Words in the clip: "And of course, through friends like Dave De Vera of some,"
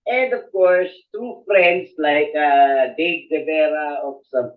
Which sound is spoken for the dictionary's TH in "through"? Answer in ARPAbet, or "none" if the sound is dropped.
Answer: T